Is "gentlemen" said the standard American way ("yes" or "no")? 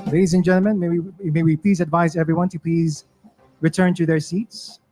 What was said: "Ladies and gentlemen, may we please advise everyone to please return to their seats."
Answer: no